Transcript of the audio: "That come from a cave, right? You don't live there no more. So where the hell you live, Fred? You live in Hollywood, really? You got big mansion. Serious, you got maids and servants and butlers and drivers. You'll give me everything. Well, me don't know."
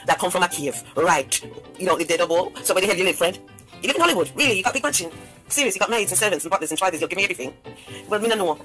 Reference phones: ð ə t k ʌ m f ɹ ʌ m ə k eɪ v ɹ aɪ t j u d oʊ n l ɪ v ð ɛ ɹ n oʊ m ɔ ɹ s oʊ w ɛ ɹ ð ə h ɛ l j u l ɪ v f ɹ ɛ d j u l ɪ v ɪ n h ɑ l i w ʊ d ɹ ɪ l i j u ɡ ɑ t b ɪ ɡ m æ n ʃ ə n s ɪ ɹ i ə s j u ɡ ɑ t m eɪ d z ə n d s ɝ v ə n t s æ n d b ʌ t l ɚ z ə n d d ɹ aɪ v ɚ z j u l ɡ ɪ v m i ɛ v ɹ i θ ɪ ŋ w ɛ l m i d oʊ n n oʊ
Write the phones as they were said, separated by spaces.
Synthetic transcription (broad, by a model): ð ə t k ʌ m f ɹ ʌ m ə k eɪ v ɹ aɪ t j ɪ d oʊ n l ɪ v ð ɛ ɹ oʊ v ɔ l s oʊ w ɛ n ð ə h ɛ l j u l ɪ v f ɹ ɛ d j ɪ l ɪ v ɪ n h ɑ l i w ʊ d ɹ ɪ l i j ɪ ɡ ɑ t b ɪ ɡ m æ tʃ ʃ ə n s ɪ ɹ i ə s j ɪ ɡ ɑ t m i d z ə n s ɝ v ə n t s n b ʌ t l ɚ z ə n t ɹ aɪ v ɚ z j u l ɡ ɪ v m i ɛ v ɹ i θ ɪ ŋ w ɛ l m i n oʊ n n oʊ